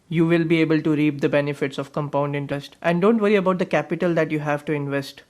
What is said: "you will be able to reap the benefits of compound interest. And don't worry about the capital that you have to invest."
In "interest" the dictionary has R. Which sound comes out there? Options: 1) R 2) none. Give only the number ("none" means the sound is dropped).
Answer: 2